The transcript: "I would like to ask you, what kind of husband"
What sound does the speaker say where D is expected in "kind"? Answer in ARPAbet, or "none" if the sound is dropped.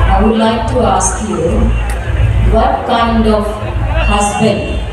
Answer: D